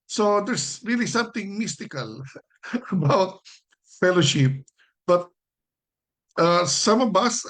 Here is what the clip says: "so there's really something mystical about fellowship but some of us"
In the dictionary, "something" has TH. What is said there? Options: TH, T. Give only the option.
T